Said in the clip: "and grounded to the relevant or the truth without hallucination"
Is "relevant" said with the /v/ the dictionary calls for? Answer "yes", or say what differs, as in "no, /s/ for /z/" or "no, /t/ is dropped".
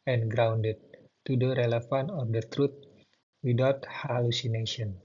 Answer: no, /f/ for /v/